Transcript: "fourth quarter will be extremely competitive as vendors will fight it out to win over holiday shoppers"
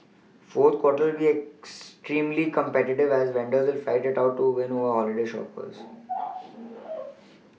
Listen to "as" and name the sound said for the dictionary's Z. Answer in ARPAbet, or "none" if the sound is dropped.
Z